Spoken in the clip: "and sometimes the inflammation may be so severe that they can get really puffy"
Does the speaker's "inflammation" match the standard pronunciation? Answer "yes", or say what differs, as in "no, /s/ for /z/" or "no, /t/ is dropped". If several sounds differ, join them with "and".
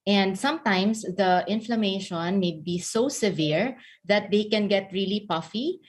yes